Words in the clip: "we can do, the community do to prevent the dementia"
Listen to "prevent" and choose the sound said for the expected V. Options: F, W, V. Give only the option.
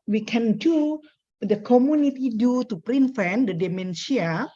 F